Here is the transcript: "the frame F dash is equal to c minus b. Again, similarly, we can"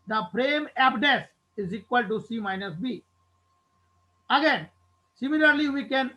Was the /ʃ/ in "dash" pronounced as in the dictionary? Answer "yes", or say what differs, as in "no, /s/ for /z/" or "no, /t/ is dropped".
no, /s/ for /ʃ/